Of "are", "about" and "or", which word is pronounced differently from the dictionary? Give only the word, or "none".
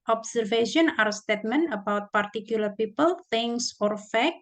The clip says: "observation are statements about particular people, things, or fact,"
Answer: none